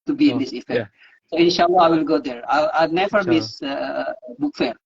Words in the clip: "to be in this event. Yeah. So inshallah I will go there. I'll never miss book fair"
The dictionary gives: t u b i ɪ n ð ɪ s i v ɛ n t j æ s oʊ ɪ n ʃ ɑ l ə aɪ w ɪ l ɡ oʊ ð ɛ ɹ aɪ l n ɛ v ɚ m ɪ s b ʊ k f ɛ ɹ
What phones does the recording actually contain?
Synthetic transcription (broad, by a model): t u b i ɪ n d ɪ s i f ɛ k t s oʊ ɪ n ʃ ɑ l ə aɪ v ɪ l ɡ oʊ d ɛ ɹ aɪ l n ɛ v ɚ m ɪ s b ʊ k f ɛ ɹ